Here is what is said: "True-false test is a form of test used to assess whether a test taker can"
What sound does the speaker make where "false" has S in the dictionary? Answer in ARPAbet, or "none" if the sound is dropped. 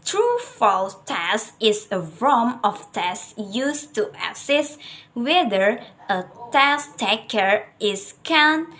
none